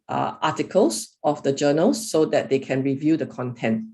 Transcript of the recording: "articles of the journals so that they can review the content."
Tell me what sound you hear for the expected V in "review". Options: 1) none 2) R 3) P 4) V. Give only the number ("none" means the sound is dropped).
4